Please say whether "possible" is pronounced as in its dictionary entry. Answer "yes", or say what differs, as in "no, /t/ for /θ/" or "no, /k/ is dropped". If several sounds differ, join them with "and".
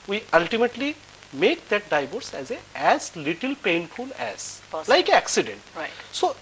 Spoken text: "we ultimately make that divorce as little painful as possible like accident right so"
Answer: no, /s/ is dropped